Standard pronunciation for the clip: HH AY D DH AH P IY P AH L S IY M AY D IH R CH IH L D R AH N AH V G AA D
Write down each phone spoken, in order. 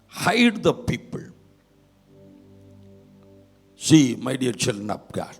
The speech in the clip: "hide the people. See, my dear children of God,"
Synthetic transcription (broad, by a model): HH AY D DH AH P IY P AH L S IY M AY D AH R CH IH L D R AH N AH B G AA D